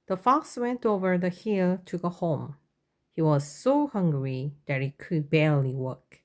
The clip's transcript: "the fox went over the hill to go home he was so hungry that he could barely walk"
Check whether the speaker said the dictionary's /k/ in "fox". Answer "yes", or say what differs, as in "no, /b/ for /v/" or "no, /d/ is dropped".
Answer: yes